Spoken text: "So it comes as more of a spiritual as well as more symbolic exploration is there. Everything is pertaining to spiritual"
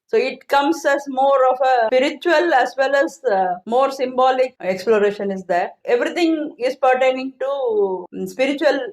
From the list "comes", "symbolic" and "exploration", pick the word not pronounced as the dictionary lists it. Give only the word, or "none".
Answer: comes